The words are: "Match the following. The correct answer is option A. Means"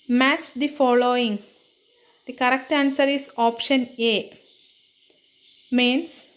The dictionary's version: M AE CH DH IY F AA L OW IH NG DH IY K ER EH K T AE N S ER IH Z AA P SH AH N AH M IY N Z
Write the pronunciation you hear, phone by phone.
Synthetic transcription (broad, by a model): M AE CH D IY F AA L OW IH NG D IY K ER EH K T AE N S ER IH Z AA P SH AH N AH M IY N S